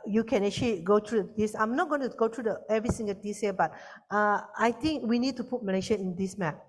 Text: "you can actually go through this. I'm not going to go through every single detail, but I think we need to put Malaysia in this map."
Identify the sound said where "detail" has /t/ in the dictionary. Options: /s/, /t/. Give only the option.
/s/